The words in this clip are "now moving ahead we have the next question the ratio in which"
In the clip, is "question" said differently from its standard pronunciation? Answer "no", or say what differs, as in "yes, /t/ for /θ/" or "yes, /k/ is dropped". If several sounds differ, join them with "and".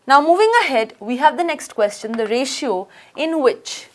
no